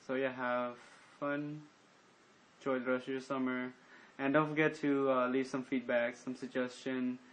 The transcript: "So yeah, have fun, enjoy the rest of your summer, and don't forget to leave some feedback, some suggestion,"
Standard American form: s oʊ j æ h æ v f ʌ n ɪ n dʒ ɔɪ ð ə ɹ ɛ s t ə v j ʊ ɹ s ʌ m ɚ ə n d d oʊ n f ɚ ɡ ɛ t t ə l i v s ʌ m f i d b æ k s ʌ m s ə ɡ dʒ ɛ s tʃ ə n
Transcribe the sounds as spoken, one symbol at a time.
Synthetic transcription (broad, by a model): s oʊ j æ h æ v f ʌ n n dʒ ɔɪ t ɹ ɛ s ə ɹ s ʌ m ɚ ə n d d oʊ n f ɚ ɡ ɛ t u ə l i v s ʌ m f i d b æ k s ʌ m s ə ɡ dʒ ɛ s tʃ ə n